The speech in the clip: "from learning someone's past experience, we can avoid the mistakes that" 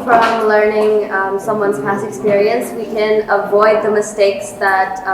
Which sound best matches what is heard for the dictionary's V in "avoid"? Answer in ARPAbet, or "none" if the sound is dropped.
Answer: V